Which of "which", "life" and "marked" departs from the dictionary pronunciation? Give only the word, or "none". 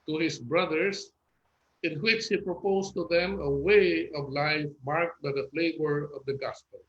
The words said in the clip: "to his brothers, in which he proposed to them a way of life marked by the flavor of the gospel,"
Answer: none